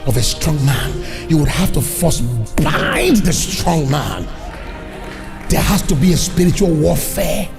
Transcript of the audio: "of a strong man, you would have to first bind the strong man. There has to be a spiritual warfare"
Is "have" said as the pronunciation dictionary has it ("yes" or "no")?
no